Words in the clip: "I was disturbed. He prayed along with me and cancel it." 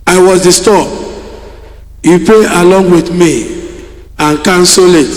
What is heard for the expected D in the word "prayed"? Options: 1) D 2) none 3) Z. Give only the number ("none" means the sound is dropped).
2